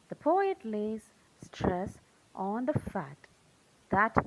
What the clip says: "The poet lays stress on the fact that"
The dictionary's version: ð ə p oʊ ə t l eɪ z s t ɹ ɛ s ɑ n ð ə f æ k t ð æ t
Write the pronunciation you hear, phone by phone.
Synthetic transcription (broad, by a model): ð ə p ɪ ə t l eɪ z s t ɹ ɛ s ɑ n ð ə f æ t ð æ t